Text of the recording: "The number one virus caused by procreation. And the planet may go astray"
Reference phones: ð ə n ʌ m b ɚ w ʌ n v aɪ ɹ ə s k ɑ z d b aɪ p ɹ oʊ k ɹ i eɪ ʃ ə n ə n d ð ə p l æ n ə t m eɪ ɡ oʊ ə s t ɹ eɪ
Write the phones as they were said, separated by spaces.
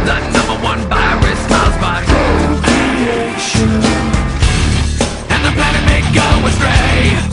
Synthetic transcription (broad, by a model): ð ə n ʌ m b ɚ w ʌ n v aɪ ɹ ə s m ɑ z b aɪ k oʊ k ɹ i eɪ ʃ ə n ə n ð ə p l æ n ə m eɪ ɡ oʊ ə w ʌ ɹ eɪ